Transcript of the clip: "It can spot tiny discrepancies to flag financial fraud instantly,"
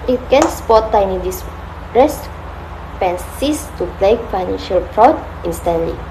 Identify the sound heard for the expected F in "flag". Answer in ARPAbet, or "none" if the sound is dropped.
P